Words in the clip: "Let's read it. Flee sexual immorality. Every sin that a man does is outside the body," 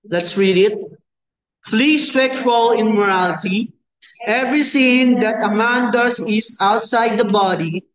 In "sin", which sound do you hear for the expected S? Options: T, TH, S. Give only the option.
TH